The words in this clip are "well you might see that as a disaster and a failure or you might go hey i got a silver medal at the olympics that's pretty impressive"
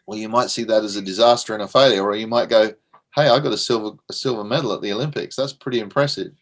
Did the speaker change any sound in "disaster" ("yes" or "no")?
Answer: no